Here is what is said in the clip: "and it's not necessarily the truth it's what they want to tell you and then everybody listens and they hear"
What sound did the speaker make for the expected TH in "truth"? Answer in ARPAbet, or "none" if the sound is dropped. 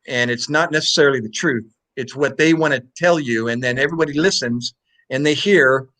TH